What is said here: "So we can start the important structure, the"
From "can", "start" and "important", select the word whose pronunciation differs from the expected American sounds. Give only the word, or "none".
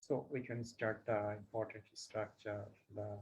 none